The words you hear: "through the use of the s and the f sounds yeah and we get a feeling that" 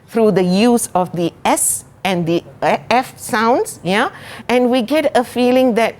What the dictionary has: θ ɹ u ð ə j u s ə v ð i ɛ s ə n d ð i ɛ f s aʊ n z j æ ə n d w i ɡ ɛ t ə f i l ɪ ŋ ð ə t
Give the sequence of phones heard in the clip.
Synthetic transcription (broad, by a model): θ ɹ u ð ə j u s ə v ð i ɛ s ə n d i ɛ f s aʊ n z j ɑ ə n w i ɡ ɛ t ə f i l ɪ ŋ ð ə t